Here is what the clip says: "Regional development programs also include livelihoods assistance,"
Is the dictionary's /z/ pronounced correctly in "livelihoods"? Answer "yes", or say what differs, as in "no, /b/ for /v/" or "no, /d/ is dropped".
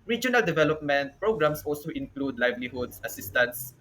no, /s/ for /z/